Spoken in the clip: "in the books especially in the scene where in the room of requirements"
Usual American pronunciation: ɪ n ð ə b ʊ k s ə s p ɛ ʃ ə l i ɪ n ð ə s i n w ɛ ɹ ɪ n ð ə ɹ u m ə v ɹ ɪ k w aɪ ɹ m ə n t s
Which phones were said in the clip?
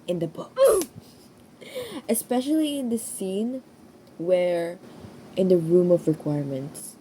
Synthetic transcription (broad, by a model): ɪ n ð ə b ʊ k ə s p ɛ ʃ ə l i ɪ n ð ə s i n w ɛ ɹ ɪ n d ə ɹ u m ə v ɹ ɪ k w aɪ ɹ m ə n t s